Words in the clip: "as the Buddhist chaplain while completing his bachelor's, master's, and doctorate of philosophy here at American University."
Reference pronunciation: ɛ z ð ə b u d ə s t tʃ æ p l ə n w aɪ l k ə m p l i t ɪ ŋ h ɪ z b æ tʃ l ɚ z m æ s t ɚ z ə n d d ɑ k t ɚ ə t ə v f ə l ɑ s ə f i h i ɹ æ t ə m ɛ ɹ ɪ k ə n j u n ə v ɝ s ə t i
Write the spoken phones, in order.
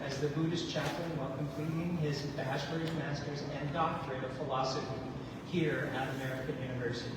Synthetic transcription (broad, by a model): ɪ z ð ə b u d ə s tʃ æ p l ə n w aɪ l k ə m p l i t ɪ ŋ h ɪ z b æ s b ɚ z m æ s t ɚ z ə n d d ɑ k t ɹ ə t ə v f ə l ɑ s ə f i h i ɹ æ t ə m ɛ ɹ ɪ k ə n j u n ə v ɝ s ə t i